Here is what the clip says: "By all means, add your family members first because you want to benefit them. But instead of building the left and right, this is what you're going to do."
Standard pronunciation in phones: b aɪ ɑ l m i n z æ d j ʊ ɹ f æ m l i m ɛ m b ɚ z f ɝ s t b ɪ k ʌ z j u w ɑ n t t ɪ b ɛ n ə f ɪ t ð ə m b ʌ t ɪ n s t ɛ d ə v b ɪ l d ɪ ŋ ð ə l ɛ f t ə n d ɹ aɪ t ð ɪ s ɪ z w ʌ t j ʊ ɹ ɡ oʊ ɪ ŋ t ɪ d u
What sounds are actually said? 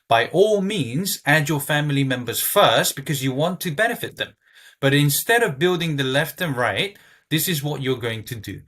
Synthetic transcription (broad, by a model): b aɪ ɑ l m i n z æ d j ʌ ɹ f æ m l i m ɛ m b ɚ z f ɝ s t b ɪ k ʌ z j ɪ w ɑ n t t ɪ b ɛ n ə f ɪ t ð ə m b ʌ t ɪ n s t ɛ d ə v b ɪ l d ɪ ŋ ð ə l ɛ f t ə n ɹ aɪ t ð ɪ s ɪ z w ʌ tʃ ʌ ɹ ɡ oʊ ɪ ŋ t ɪ d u